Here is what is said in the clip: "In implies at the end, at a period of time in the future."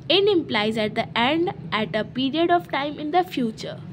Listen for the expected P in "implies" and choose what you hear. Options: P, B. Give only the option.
P